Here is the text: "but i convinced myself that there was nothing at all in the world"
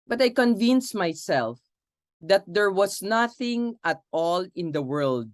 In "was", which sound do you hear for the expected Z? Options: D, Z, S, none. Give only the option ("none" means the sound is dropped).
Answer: S